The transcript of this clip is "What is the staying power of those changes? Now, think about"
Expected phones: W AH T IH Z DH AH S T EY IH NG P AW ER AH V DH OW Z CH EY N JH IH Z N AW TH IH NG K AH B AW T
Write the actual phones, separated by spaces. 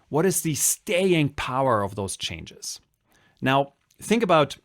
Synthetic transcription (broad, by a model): W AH T IH Z DH AH S T EY IH NG P AW ER AH V DH OW Z CH EY N JH IH Z N AW TH IH NG K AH B AW T